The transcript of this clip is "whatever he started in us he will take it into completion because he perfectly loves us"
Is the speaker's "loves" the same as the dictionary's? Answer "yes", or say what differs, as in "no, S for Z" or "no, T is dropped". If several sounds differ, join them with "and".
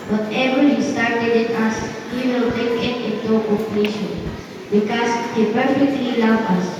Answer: no, Z is dropped